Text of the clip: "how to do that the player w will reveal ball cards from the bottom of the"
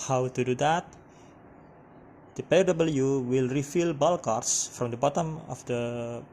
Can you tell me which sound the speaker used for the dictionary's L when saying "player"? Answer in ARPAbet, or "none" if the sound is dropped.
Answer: none